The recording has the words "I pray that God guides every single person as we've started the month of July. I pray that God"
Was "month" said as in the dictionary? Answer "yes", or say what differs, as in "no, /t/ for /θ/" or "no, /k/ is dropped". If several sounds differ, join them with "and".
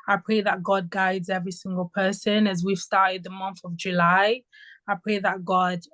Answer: yes